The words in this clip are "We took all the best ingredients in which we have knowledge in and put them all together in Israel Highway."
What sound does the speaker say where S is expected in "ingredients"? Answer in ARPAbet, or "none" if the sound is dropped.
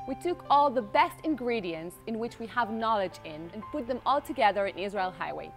S